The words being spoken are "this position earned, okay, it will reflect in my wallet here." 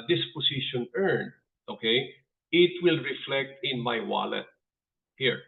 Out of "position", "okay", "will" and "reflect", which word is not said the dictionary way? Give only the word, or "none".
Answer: position